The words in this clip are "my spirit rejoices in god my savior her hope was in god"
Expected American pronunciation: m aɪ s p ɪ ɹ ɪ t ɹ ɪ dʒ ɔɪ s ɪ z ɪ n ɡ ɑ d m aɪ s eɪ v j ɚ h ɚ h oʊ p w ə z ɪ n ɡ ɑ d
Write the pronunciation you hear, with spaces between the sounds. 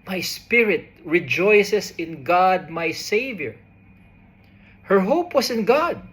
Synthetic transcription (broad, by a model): m aɪ s p ɪ ɹ ɪ t ɹ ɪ dʒ ɔɪ s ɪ s ɪ n ɡ ɑ d m aɪ s eɪ v j ɚ h ɚ h oʊ p w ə s ɪ n ɡ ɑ d